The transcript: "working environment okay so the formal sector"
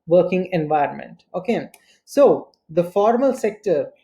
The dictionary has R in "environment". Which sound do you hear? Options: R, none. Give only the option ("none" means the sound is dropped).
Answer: R